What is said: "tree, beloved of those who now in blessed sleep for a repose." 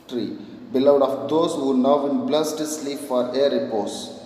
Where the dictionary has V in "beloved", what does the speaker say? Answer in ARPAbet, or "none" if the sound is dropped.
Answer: none